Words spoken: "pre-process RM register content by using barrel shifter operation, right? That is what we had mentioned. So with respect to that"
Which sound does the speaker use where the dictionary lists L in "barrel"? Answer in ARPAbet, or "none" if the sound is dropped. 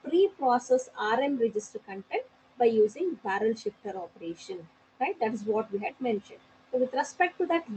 L